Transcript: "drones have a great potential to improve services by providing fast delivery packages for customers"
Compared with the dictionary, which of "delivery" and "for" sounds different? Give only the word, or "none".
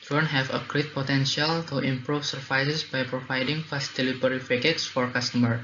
delivery